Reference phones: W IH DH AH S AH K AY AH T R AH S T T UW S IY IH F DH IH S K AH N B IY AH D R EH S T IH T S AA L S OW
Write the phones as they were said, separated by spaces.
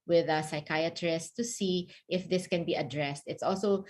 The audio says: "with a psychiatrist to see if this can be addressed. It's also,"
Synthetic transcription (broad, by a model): W IH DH AH S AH K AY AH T R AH S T T UW S IY IH F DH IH S K AH N B IY AH D R EH S T IH T S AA L S OW